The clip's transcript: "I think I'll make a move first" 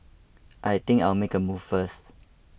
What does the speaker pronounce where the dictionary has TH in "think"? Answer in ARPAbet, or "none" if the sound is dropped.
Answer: T